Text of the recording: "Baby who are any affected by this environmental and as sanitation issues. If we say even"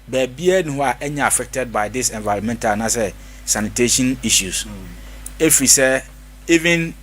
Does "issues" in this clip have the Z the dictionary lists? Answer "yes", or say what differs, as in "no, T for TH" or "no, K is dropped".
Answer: no, S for Z